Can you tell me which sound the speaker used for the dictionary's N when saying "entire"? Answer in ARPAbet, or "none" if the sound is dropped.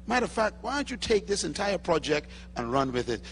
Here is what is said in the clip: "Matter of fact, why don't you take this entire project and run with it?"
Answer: N